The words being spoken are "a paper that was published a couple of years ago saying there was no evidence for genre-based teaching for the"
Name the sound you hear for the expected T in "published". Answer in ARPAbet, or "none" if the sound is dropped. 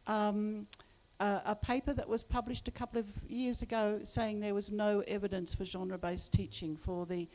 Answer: T